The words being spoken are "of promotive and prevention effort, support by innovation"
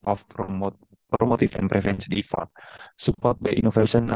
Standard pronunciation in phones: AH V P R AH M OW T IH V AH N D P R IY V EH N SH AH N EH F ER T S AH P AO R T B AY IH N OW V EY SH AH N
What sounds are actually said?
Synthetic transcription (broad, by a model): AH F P R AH M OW T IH F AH N P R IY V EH N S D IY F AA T S AH P AO R T B AY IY N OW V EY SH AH N